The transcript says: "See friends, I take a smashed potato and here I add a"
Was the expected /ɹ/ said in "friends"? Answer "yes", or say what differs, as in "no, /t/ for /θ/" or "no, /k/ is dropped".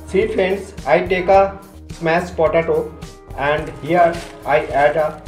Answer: no, /ɹ/ is dropped